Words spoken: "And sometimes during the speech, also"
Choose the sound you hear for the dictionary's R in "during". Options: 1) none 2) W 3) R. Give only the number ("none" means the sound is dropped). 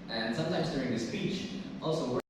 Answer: 3